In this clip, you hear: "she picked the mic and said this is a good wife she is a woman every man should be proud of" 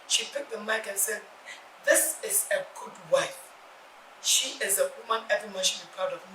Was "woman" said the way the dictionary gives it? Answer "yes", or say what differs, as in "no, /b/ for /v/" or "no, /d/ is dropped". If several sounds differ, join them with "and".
yes